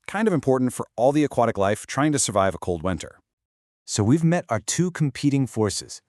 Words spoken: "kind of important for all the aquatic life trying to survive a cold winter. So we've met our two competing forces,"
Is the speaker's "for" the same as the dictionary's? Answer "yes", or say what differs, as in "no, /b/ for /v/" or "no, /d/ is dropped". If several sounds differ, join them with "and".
yes